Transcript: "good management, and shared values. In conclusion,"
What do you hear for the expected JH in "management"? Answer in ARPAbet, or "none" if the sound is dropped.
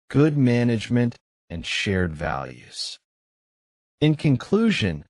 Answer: JH